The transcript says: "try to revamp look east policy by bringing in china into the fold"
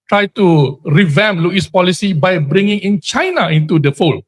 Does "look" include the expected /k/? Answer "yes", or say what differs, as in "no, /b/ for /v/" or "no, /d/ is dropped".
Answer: no, /k/ is dropped